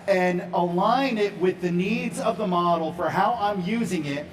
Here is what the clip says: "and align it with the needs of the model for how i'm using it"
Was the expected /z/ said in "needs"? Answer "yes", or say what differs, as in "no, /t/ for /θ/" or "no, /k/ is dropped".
yes